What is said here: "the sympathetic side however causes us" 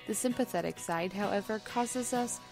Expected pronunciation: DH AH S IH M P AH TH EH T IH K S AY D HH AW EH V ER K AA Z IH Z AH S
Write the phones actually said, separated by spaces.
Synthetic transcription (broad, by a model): DH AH S IH M P AH TH EH T IH K S AY D HH AW EH V ER K AA Z IH Z AH S